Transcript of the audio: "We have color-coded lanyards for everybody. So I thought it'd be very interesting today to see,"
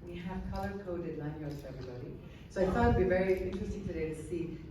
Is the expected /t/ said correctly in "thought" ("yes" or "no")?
no